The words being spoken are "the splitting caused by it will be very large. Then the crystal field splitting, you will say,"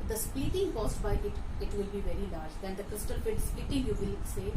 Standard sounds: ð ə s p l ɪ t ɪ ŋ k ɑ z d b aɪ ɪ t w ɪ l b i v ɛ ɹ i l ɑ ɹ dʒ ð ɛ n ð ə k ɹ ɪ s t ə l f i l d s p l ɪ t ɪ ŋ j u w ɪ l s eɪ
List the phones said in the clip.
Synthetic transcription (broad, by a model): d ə s p i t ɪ ŋ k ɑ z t b aɪ ɪ t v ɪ l b i v ɛ ɹ i l ɑ ɹ dʒ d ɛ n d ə k ɹ ɪ s t ə l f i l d s p i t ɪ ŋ j u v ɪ l s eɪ